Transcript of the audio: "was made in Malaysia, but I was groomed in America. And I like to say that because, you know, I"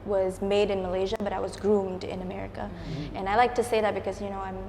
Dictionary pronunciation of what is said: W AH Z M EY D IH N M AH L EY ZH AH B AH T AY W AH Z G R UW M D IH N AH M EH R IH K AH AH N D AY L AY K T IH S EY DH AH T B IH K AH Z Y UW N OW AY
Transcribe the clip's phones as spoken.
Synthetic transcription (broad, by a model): W AH Z M EY D IH N M AH L EY ZH AH B AH T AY W AH Z G R UW M D IH N AH M EH R IH K AH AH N AY L AY K T IH S EY DH AH T B IH K AH Z Y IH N OW AY